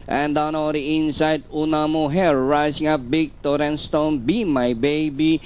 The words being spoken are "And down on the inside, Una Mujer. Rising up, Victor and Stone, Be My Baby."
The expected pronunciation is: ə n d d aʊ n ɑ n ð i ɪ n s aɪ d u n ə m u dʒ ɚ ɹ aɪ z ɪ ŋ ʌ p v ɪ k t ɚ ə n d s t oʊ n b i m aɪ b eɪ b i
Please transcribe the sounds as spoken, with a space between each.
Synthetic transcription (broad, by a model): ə n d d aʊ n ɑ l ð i ɪ n s aɪ d u n ə m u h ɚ ɹ aɪ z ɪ ŋ ʌ p b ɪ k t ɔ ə n s t oʊ n b i m aɪ b eɪ b i